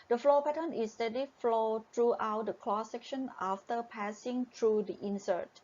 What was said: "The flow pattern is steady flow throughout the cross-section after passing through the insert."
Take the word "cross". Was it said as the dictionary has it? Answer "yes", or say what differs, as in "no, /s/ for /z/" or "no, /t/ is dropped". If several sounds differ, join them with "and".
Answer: no, /l/ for /ɹ/